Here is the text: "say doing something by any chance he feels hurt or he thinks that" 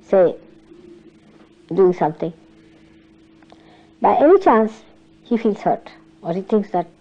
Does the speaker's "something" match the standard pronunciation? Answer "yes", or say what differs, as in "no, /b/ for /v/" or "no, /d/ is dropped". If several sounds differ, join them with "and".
no, /t/ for /θ/